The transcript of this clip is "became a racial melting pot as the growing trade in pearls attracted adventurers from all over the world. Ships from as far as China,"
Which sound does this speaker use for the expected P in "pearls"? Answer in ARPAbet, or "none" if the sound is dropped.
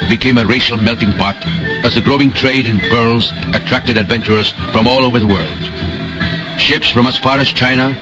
B